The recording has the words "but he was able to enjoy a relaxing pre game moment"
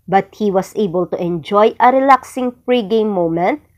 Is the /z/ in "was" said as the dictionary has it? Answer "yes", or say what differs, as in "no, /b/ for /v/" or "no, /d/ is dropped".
no, /s/ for /z/